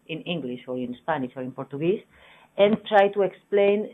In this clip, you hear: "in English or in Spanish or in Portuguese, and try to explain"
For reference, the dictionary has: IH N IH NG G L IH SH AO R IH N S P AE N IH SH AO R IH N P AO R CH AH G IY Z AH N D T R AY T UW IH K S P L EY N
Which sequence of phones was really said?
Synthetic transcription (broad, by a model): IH N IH NG G L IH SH AO R IH N S P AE N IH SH AO R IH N P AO R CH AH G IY S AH N T R AY T UW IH K S P L EY N